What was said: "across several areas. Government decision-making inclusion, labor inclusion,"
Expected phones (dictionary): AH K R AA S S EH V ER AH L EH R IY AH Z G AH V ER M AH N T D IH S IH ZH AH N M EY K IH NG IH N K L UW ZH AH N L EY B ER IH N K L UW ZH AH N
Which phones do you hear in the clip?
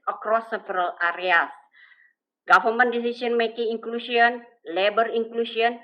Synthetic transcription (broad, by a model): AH K R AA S S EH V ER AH L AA R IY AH S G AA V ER M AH N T D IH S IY S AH N M EY K IH NG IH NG K L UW S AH N L EY B ER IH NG K L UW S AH N